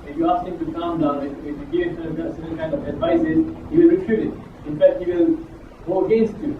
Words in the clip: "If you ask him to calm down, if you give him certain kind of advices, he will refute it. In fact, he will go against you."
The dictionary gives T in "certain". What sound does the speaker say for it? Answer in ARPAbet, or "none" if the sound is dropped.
S